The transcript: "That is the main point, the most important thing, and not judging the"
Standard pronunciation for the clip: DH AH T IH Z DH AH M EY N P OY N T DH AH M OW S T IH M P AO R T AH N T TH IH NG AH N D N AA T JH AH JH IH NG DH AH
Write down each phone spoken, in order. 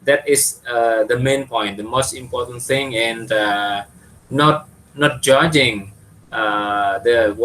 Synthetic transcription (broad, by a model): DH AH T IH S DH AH M EY N P OY N T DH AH M OW S T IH M P AO T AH N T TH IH NG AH N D N AA T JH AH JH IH NG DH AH